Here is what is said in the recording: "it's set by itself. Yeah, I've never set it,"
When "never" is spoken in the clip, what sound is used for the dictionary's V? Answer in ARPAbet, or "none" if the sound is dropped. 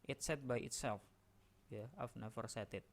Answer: F